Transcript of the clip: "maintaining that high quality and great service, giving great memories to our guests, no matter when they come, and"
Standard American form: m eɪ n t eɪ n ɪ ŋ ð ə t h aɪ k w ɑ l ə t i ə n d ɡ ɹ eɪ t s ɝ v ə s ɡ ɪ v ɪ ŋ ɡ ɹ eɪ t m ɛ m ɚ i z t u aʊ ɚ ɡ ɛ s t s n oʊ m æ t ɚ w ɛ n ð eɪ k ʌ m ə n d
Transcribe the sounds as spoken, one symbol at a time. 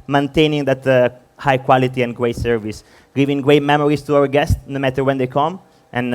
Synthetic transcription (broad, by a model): m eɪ n t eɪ n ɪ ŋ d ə t h aɪ k w ɑ l ə t i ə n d ɡ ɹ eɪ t s ɝ v ə s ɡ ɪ v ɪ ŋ ɡ ɹ eɪ t m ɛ m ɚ i s t u aʊ ɚ ɡ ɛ s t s n oʊ m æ t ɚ w ɛ n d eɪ k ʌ m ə n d